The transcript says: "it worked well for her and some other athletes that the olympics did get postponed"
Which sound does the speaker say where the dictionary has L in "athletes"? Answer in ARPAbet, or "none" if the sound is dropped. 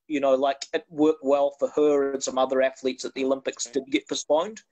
L